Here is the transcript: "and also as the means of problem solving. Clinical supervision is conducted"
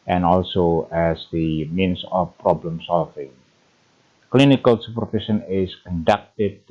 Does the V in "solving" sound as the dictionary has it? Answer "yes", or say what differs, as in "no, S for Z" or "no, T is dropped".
no, F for V